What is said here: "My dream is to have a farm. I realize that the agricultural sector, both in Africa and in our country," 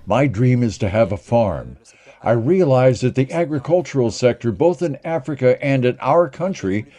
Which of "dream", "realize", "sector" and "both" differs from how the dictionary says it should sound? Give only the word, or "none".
none